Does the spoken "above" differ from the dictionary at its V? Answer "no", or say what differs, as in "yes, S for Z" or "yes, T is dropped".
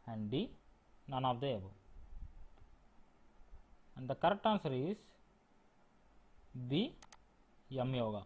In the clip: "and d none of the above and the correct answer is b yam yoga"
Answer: yes, V is dropped